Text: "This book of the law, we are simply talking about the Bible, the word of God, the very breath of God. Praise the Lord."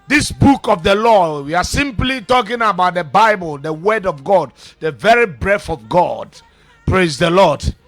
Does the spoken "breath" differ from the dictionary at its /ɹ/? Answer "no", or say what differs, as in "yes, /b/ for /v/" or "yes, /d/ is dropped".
no